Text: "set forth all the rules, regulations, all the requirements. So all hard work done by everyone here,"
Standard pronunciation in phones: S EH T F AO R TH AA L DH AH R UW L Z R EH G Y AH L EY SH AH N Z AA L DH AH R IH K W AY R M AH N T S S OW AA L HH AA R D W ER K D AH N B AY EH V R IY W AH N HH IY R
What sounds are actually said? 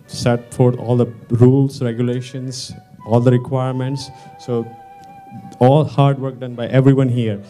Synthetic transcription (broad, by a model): S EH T F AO R T AA L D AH R UW L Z R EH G Y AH L EY SH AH N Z AA L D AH R IH K W AY R M AH N T S S OW AA L HH AA R D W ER K D AH N B AY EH V R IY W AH N HH IY R